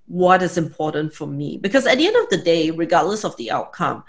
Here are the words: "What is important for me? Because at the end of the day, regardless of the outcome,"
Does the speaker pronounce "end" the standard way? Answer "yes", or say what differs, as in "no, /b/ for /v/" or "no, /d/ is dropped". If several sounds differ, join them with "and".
yes